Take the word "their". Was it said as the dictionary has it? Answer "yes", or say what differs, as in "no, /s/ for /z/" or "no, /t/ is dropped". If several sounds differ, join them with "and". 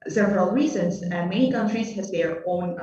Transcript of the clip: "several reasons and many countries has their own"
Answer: yes